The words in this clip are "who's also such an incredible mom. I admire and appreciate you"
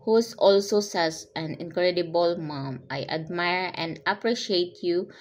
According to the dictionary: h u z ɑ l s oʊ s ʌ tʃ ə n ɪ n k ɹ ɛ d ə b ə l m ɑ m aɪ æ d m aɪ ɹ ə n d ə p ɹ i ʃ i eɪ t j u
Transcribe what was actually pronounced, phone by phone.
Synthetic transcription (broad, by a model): h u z ɑ l s oʊ s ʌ s ə n ɪ n k ɹ ɛ d ə b ə l m ɑ m aɪ æ d m aɪ ɹ ə n d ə p ɹ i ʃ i eɪ t j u